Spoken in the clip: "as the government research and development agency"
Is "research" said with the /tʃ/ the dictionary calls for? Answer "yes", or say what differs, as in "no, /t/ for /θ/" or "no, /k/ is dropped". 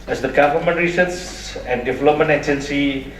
no, /s/ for /tʃ/